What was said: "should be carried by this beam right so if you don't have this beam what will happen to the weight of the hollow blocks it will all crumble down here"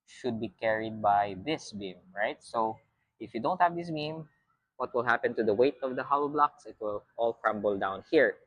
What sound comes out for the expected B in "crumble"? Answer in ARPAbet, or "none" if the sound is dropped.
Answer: B